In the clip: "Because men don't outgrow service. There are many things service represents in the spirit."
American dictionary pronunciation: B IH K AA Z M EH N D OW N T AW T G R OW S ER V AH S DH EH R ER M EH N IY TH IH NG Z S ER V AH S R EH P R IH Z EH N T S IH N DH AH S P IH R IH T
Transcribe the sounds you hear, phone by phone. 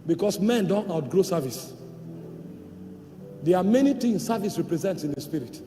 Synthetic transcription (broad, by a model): B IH K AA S M EH N D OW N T AW T G R OW S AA V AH S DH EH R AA M EH N IY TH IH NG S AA V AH S R EH P R IH Z EH N T S IH N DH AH S P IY R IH T